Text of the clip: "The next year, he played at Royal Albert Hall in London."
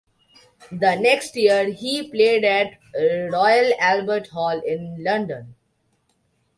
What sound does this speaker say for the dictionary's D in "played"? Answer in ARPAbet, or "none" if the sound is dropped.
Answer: D